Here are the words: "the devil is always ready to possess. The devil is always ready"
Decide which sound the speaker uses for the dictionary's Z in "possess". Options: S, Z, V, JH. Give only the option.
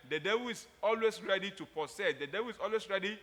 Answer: S